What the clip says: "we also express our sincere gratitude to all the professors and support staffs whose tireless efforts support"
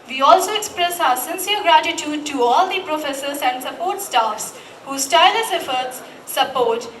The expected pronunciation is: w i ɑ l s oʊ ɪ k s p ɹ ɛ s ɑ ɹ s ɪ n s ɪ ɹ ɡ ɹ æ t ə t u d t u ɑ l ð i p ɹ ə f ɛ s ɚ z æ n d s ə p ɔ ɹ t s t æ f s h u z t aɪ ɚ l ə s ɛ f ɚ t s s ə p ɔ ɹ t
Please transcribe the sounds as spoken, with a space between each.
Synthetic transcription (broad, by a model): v i ɑ l s oʊ ɪ k s p ɹ ɛ s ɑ s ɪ n s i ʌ ɡ ɹ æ t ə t u d t u ɑ l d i p ɹ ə f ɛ s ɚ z æ n d s ə p ɔ ɹ t s t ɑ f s h u s t aɪ l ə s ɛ f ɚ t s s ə p ɔ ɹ t